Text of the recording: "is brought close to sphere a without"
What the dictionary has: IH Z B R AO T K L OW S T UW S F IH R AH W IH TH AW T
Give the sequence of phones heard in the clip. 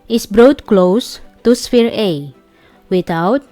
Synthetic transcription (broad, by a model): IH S B R AO T K L OW S T UW S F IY R AH W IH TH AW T